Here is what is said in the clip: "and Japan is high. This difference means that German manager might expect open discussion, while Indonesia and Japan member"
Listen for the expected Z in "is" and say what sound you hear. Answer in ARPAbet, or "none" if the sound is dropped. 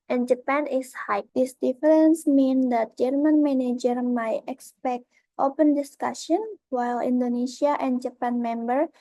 S